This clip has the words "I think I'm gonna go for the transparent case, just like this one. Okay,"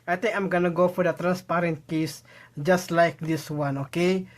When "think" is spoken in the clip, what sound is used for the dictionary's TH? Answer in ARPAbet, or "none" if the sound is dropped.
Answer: T